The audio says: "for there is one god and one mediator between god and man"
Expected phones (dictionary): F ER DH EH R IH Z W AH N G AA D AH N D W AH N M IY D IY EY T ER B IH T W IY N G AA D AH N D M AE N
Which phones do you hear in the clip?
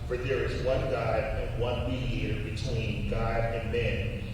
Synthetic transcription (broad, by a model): F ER DH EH R IH Z W AH N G AA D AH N W AH N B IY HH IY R B IH T W IY N G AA D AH N M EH N